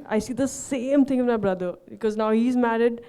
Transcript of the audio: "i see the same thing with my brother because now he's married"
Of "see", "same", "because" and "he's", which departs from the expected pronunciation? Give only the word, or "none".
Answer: none